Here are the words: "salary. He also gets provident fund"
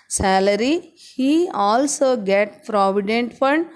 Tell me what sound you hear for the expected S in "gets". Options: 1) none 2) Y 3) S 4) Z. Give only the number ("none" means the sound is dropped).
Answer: 1